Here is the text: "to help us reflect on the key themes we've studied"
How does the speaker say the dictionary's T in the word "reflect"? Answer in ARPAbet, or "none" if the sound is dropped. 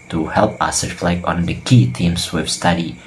none